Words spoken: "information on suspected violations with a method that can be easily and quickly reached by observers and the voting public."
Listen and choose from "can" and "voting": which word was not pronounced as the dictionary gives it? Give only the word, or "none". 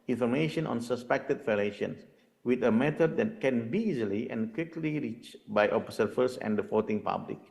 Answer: voting